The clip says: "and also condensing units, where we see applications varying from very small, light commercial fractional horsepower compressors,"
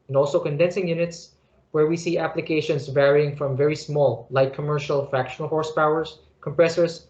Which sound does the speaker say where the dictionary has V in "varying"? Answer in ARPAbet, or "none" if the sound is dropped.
V